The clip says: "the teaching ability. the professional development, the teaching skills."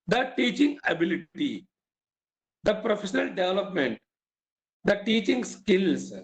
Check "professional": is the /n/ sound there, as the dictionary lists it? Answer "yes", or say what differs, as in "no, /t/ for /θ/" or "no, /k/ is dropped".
yes